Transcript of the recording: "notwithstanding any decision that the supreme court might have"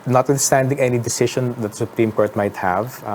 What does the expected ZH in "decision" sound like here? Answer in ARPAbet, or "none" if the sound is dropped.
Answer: SH